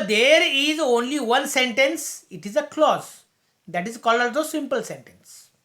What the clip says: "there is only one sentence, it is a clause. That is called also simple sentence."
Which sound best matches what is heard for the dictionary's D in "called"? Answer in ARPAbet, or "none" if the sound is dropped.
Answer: none